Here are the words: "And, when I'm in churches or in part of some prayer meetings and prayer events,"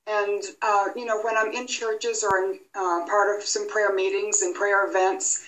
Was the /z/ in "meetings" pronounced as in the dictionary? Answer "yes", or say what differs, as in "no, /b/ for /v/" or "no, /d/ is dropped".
yes